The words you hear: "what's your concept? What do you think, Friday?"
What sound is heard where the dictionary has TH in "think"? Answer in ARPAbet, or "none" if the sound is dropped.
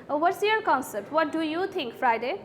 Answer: T